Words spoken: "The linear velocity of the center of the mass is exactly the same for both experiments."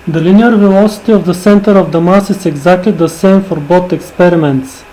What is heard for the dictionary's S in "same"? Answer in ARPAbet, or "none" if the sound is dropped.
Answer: S